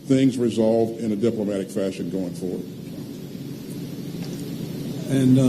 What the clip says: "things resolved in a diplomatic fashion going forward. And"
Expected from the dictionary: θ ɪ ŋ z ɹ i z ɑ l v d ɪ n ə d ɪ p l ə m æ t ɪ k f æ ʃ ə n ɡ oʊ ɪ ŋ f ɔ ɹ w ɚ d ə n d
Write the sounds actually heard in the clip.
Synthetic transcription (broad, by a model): θ ɪ ŋ z ɹ i z ɑ l v d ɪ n ə d ɪ p l ə m æ t ɪ k f æ ʃ ə n ɡ oʊ ɪ ŋ f ɔ ɹ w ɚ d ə n